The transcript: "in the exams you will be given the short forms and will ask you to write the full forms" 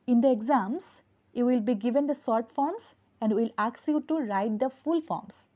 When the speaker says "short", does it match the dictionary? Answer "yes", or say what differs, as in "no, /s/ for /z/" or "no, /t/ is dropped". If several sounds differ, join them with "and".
no, /s/ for /ʃ/